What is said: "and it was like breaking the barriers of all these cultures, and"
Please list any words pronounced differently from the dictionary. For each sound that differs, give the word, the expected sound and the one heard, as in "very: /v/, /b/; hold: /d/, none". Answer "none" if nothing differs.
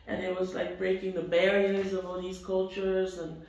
none